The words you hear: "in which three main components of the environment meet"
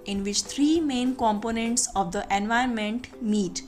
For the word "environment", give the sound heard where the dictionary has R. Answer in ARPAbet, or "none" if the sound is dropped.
none